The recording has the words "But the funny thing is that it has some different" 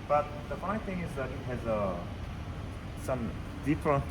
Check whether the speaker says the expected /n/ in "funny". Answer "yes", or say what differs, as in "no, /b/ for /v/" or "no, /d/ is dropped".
no, /n/ is dropped